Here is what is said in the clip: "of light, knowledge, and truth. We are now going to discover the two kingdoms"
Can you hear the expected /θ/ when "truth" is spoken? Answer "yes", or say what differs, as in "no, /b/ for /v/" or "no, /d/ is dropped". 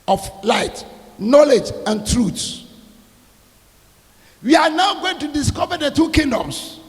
no, /s/ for /θ/